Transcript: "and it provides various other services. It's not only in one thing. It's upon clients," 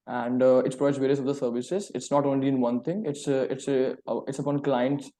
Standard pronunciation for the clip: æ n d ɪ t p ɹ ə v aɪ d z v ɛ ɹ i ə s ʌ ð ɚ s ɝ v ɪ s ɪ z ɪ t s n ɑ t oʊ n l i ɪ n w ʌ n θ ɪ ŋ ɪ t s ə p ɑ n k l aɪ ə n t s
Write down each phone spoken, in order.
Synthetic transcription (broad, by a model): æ n d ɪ t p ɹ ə aɪ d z v ɛ ɹ i ə s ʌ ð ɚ s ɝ v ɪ s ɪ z ɪ t s n ɑ t oʊ n l i ɪ n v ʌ n t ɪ ŋ ɪ t s ə p ɑ n k l aɪ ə n t s